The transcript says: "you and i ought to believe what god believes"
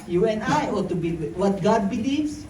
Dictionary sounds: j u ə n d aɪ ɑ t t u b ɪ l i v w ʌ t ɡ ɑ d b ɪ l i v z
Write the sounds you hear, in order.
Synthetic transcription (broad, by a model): j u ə n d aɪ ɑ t t u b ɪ w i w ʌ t ɡ ɑ d b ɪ l i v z